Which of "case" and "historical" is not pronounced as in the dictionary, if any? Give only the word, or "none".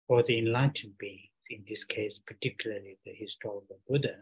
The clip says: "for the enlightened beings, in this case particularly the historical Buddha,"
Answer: none